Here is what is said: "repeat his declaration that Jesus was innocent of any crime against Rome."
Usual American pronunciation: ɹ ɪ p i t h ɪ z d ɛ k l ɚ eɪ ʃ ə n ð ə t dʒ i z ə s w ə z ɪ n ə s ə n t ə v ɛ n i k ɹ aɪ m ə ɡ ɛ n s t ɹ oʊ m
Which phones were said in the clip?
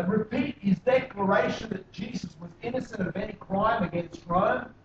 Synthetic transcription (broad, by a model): ɹ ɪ p i t h ɪ z d ɛ k l ɚ eɪ ʃ ə n ð ə t dʒ i z ə s w ə z ɪ n ə s ə n t ə v ɛ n i k ɹ aɪ m ə ɡ ɛ n s t ɹ oʊ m